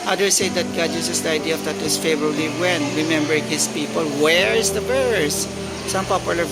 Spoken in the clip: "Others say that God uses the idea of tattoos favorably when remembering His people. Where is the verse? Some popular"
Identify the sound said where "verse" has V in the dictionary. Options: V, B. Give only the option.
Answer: B